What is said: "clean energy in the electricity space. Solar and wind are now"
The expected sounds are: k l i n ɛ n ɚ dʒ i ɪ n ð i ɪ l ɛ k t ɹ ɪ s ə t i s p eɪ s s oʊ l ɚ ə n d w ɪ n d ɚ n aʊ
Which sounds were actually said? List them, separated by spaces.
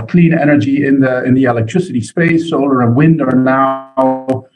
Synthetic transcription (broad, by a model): k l i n ɛ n ɚ dʒ i ɪ n ð i ɪ l ɛ k t ɹ ɪ s ə t i s p eɪ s s oʊ l ɚ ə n w ɪ n d ɚ n aʊ